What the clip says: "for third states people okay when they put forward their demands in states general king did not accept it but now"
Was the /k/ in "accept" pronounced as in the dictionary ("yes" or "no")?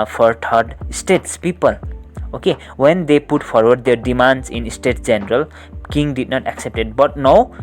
yes